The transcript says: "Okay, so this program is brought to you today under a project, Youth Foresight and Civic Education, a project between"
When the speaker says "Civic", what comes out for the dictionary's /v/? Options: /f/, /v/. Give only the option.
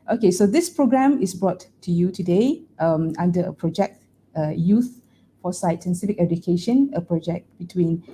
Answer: /f/